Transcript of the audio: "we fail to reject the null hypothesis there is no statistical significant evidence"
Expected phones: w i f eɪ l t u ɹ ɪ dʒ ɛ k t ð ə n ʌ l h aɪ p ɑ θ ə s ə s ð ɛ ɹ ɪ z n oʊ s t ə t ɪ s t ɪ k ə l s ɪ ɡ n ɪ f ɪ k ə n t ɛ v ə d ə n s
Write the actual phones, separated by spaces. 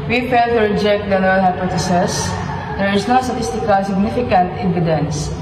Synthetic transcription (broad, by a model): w i f eɪ l t u ɹ ɪ dʒ ɛ k t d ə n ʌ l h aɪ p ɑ t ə s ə s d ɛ ɹ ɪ s n oʊ s t ə t ɪ s t ɪ k ə l s ɪ ɡ n ɪ f ɪ k ə n t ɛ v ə d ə n s